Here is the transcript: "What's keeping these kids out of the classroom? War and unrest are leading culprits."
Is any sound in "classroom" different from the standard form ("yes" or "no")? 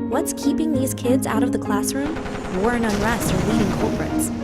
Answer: no